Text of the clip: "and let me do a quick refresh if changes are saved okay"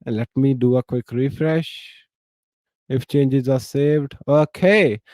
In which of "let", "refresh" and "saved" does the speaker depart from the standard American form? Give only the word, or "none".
none